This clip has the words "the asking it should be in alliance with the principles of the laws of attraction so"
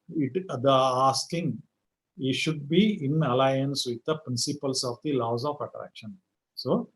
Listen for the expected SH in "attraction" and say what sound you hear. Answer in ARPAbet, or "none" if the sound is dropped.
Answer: SH